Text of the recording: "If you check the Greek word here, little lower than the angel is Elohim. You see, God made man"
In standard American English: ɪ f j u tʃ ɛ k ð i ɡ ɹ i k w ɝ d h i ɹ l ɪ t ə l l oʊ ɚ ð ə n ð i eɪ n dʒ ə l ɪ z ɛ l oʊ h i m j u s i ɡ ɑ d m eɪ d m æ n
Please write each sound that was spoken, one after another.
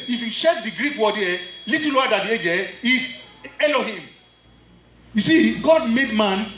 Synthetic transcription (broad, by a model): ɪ f j u ʃ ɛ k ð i ɡ ɹ i k w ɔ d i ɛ l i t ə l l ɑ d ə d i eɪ dʒ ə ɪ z ɛ l oʊ h i m j u s i ɡ ɑ d m eɪ d m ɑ n